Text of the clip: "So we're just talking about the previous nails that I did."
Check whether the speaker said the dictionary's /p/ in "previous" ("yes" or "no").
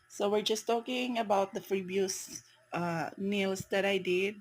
no